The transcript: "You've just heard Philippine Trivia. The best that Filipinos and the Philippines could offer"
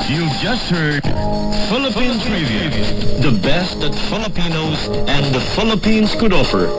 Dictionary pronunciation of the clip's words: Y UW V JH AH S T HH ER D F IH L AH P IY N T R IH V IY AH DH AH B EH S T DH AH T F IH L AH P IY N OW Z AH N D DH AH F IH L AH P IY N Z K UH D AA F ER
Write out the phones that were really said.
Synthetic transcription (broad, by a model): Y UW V JH AH S T HH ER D F IH L AH P IY N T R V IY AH DH AH B EH S T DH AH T F IH L AH P IY N OW Z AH N DH AH F IH L AH P IY N Z K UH D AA F ER